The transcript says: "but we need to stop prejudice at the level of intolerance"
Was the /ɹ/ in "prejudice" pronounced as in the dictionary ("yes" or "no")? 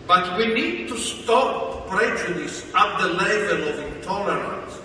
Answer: yes